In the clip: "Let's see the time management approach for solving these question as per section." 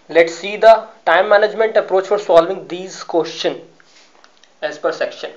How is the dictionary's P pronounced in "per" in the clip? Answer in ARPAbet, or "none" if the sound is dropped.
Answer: P